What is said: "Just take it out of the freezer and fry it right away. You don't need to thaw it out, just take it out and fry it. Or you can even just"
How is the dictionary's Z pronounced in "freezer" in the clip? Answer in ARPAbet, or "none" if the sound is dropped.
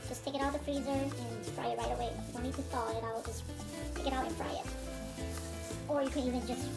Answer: Z